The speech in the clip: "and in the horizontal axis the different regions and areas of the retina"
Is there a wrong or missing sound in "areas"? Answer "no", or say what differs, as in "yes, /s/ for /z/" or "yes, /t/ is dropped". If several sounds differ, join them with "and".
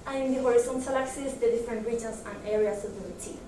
yes, /s/ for /z/